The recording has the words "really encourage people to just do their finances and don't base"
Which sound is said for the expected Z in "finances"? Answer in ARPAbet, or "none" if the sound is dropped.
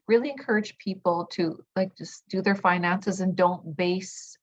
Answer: Z